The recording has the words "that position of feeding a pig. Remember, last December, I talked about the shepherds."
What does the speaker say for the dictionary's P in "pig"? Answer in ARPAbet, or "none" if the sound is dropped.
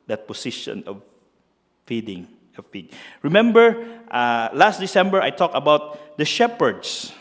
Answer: F